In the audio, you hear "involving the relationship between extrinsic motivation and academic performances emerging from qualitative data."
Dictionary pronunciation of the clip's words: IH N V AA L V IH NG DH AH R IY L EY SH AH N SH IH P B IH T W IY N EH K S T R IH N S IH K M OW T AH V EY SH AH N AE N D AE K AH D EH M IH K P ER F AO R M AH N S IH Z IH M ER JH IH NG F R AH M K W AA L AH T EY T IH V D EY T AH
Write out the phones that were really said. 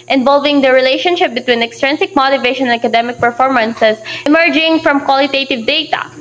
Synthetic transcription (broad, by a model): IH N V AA L V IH NG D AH R IY L EY SH AH N SH IH P B IH T W IY N EH K S T R IH N S IH K M OW T AH V EY SH AH N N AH K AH D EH M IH K P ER F AO R M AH N S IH S IH M ER JH IH NG F R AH M K W AA L AH T EY T IH V D EY T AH